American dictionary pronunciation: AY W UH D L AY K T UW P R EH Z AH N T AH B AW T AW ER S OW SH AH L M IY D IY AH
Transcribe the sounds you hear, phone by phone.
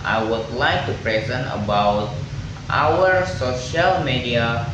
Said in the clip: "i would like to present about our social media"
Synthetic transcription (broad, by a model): AY W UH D L AY K T UW P R EH Z AH N T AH B AW T AW ER S OW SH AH L M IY D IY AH